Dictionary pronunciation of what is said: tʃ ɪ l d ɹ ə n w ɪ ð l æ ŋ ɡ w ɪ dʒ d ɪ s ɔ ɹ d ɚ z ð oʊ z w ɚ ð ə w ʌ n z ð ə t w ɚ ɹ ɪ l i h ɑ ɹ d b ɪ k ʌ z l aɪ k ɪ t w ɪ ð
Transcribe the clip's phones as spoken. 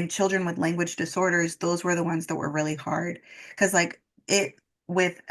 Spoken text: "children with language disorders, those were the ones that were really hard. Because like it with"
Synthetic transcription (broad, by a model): tʃ ɪ l d ɹ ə n w ɪ ð l æ ŋ ɡ w ɪ dʒ d ɪ s ɔ ɹ d ɚ z ð oʊ z w ɚ ð ə w ʌ n z ð ə t w ɚ ɹ ɪ l i h ɑ ɹ d k ʌ z l aɪ k ɪ t w ɪ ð